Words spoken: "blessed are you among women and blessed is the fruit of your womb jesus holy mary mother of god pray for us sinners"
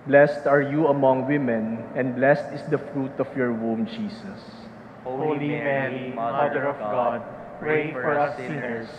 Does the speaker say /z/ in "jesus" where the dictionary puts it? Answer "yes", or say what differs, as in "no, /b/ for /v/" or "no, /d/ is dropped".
no, /s/ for /z/